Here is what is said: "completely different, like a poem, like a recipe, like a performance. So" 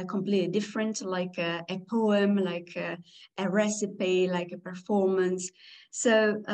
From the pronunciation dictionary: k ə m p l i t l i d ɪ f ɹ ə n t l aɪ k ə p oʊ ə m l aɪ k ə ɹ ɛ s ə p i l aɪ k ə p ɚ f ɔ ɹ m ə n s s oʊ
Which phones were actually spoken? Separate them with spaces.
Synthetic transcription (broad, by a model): k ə m p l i t l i d ɪ f ɹ ə n t l aɪ k ə p oʊ ə m l aɪ k ə ɹ ɛ s ə p i l aɪ k ə p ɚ f ɔ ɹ m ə n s s oʊ